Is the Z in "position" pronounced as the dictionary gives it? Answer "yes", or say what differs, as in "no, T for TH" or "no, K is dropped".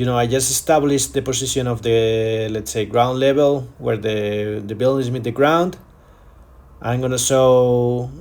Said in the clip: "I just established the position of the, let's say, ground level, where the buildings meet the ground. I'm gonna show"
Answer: no, S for Z